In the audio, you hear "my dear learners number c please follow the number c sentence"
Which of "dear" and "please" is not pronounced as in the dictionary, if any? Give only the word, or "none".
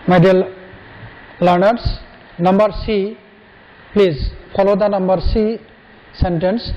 dear